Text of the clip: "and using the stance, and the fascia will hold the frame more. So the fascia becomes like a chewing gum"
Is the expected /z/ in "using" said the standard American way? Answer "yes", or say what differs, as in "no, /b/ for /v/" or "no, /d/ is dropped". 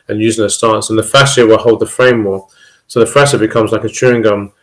yes